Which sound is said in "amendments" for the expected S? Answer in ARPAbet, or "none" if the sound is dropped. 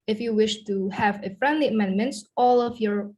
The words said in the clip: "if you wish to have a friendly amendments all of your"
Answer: none